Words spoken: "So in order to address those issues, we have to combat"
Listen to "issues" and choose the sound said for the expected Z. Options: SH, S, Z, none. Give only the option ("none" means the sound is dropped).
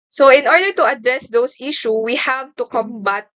none